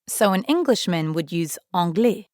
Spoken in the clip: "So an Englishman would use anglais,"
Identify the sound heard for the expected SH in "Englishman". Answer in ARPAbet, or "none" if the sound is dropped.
SH